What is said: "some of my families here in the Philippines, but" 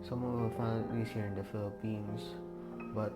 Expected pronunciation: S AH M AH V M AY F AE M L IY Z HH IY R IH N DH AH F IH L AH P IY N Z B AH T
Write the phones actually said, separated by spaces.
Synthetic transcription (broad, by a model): S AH M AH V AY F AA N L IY S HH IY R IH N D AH F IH L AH P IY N S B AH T